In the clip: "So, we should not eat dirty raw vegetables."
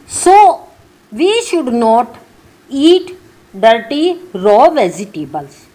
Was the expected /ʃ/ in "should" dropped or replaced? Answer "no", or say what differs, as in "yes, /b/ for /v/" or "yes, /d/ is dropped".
no